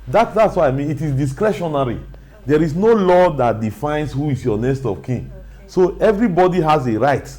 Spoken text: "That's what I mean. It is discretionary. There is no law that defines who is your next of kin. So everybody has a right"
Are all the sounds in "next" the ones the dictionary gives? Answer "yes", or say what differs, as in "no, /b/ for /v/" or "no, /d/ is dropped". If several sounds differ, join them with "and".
no, /k/ is dropped